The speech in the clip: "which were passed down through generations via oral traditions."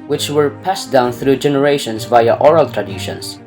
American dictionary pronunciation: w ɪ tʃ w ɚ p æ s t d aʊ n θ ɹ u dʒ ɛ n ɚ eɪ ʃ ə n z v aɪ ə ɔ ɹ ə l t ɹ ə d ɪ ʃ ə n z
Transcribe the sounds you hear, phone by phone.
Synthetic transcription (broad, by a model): w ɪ tʃ w ɚ p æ s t d aʊ n θ ɹ u dʒ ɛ n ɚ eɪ ʃ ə n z v aɪ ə ɔ ɹ ə l t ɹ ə d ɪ ʃ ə n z